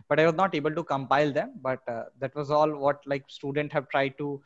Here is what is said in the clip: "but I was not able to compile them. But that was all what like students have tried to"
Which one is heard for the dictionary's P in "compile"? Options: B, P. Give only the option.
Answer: P